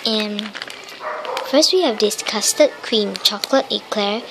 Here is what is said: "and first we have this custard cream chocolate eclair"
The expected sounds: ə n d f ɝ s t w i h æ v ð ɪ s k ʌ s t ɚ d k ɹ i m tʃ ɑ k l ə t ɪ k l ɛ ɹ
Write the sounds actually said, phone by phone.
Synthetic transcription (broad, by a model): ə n f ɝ s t w i h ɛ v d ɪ s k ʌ s t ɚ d k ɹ i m tʃ ɑ k l ə t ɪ k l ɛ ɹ